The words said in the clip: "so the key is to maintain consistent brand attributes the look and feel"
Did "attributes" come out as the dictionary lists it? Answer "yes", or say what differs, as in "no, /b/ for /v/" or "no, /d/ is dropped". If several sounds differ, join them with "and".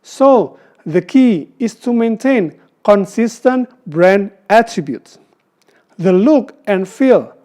yes